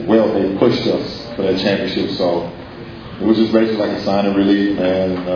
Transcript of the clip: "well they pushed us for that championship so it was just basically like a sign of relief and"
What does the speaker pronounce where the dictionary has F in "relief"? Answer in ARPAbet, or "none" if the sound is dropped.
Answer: none